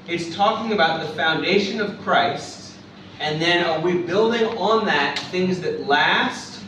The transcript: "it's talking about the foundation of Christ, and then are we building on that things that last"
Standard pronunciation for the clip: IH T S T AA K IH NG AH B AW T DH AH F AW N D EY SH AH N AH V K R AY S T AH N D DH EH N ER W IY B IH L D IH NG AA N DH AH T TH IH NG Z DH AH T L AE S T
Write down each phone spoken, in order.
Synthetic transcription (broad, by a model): IH T S T AA K IH NG AH B AW T DH AH F AW N D EY SH AH N AH V K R AY S T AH N DH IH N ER W IY B IH L D IH NG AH N DH AH T TH IH NG Z DH AH T L AE S T